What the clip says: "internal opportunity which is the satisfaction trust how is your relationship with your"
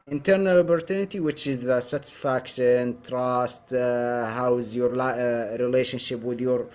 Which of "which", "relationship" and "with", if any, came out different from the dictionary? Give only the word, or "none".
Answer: none